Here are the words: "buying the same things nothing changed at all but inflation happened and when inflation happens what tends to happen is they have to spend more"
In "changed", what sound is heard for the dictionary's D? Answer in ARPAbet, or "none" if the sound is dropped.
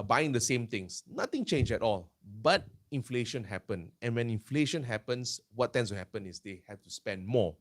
none